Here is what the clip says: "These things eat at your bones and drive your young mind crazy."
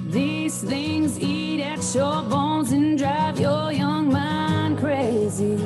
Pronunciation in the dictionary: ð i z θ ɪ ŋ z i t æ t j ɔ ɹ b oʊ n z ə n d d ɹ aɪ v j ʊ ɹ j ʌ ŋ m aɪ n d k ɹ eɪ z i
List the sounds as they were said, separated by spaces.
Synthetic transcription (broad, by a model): ð i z θ ɪ ŋ z i t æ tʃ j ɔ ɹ b oʊ n z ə n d d ɹ aɪ v j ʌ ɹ j ʌ ŋ m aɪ n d k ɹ eɪ z i